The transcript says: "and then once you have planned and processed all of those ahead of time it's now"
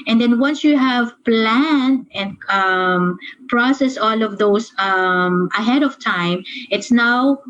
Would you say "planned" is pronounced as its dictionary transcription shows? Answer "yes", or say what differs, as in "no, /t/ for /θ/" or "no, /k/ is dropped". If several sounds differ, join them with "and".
no, /d/ is dropped